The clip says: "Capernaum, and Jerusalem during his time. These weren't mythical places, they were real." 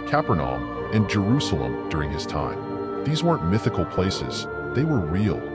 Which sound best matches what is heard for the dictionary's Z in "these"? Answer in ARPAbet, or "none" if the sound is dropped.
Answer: Z